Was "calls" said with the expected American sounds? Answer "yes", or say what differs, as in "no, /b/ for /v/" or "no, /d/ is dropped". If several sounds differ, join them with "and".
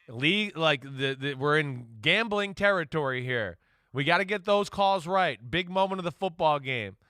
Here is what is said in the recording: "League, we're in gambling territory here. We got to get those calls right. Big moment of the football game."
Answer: yes